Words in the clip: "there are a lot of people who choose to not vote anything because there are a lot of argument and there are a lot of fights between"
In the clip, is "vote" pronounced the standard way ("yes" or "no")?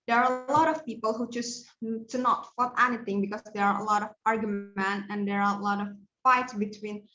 no